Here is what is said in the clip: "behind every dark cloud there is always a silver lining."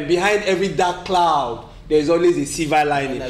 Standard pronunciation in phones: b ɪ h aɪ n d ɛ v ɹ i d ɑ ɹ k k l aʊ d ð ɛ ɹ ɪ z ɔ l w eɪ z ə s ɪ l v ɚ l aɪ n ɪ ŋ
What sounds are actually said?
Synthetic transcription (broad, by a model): b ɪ h aɪ n d ɛ v ɹ i d ɑ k k l aʊ d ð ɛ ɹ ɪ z ɔ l w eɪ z ə s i v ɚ l aɪ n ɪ